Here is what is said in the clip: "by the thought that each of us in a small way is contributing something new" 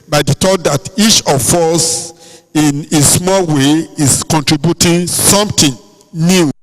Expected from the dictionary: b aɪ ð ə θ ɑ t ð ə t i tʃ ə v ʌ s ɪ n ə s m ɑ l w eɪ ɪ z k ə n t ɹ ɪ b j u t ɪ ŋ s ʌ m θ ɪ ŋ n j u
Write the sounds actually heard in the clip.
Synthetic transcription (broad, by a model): b aɪ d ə t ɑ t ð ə t i tʃ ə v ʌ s ɪ n ə s m ɑ l w eɪ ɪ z k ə n t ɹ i b j u t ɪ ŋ s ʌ m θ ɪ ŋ n j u